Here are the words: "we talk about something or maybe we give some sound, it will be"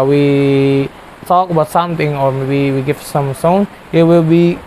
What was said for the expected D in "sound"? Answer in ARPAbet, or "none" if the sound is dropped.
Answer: none